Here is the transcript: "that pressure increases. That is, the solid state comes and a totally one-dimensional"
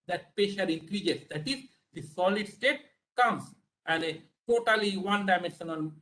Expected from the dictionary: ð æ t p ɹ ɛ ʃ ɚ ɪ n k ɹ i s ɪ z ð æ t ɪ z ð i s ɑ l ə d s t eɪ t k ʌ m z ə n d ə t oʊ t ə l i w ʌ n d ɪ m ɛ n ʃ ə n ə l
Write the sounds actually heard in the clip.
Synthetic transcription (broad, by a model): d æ t p ɛ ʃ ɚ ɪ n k ɹ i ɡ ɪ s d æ t ɪ z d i s ɑ l ə d s t eɪ t k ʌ m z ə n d ə t oʊ t ə l i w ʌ n d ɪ m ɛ n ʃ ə n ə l